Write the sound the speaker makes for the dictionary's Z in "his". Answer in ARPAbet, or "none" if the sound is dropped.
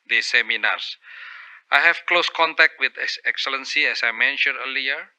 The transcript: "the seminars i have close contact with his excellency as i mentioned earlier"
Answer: S